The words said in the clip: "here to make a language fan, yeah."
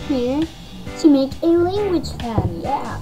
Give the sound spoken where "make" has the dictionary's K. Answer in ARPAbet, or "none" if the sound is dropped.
K